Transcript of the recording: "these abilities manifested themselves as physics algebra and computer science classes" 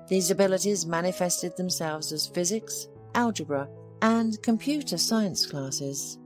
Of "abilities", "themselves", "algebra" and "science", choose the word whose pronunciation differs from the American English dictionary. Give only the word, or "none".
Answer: none